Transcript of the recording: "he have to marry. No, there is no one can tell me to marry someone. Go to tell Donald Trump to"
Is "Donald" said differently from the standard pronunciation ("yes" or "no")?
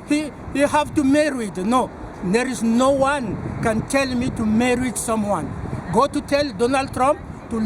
no